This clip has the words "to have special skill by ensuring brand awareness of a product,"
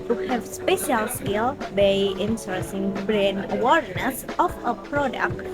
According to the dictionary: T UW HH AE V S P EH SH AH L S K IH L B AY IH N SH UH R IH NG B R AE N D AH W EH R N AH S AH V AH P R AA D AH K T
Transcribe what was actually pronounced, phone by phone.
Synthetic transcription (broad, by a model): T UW HH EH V S P EH SH AH L S K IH L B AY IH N S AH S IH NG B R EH N AH W EH R N AH S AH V AH P R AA D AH K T